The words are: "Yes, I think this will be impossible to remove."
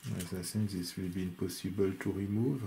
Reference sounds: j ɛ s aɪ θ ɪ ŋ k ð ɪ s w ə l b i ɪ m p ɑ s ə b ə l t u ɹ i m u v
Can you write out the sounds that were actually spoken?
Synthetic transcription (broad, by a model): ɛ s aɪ s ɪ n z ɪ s w ə l b i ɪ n p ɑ s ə b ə l t u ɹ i m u v